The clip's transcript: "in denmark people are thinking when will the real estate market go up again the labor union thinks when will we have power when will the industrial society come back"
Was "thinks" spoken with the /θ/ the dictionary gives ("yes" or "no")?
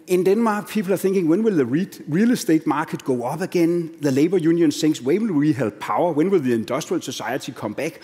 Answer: no